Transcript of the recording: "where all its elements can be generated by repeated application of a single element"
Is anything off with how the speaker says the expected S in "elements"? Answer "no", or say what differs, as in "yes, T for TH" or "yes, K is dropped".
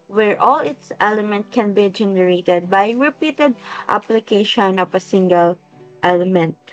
yes, S is dropped